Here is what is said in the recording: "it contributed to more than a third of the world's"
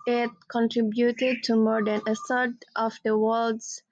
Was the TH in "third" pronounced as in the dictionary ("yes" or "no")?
no